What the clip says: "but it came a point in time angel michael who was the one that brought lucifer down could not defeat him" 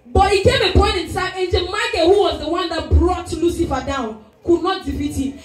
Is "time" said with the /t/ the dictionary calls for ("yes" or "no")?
no